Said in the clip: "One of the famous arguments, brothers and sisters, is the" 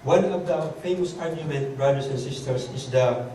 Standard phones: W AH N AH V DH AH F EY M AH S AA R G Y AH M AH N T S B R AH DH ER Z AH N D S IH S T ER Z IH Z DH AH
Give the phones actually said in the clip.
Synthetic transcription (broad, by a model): W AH N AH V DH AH F EY M AH S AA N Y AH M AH N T B R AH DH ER S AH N S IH S T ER S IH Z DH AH